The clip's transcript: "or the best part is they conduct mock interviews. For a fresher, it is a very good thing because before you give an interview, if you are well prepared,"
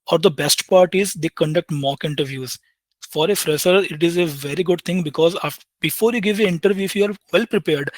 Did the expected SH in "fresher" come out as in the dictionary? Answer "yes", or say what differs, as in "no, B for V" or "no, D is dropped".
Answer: no, S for SH